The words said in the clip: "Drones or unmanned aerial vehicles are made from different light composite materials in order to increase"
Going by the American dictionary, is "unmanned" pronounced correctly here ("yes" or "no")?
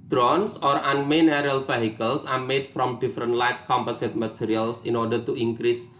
no